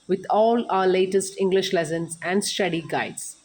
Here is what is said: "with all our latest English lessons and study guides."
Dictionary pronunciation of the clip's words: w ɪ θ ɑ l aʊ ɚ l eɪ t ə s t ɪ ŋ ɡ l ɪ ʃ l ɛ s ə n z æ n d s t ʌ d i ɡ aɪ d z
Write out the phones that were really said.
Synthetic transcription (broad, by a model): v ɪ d ɑ l aʊ ɚ l eɪ t ə s t ɪ ŋ ɡ l ɪ ʃ l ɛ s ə n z æ n d s t ʌ d i ɡ aɪ d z